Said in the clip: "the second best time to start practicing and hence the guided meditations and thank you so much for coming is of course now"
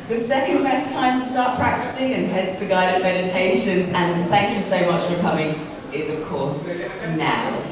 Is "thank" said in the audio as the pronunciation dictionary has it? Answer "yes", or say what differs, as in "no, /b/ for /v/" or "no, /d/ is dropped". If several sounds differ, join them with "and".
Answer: yes